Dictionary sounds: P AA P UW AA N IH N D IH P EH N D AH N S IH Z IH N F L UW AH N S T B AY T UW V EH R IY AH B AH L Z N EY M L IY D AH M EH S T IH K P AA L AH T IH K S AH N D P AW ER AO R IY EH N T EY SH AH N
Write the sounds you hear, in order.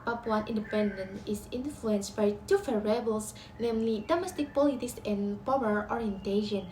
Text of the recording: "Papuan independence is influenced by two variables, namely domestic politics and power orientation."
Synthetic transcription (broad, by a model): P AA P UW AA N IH N D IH P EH N D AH N IH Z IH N F L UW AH N S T B AY T UW F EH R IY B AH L S N EY M L IY D AH M EH S T IH K P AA L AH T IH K S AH N P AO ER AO R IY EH N T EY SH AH N